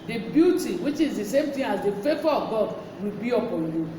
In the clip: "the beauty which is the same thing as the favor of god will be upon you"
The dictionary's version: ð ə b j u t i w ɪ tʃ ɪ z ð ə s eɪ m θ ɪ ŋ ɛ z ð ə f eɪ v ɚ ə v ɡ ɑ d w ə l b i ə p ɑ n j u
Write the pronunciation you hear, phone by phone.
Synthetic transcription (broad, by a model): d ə b j u t i w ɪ tʃ ɪ z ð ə s eɪ m t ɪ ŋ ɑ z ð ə f eɪ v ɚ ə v ɡ ɑ d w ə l b i ə p ɑ n j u